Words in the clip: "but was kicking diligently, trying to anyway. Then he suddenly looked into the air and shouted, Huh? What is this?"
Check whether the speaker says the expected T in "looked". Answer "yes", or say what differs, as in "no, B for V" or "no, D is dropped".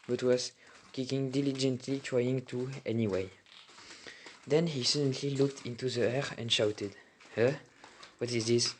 yes